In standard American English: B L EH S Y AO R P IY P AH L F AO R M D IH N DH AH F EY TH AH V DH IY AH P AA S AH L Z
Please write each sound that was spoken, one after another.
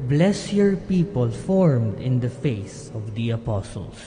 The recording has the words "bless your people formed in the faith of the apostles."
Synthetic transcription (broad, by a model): B L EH S Y AO R P IY P AH L F AO R M D IH N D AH F EY S AH V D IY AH P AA S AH L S